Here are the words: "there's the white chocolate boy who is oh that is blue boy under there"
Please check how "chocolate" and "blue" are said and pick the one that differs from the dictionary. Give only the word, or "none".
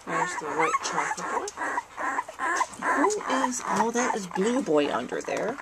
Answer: chocolate